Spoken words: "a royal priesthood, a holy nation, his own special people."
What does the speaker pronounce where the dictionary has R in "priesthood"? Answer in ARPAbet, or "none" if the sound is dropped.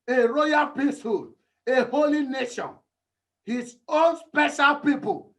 none